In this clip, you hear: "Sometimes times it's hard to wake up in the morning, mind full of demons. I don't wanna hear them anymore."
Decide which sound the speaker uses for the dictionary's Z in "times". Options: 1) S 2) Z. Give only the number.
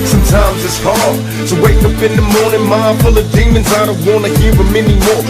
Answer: 2